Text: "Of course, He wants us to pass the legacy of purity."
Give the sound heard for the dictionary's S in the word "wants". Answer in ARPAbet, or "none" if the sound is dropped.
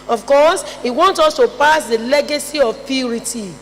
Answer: none